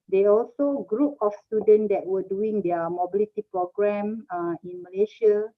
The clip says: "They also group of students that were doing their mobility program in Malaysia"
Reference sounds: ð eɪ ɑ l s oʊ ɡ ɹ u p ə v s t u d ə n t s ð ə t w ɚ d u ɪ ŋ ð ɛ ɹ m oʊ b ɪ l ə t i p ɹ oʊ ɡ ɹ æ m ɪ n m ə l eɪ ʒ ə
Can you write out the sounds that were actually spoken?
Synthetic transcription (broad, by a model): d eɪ ɑ l s oʊ ɡ ɹ u p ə f s t u d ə n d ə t w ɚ d u ɪ ŋ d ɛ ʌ m oʊ b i l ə t i p ɹ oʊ ɡ ɹ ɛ m ɪ n m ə l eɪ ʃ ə